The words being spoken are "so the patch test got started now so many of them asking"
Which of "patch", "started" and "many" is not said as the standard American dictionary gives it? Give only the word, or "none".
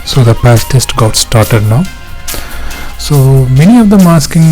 patch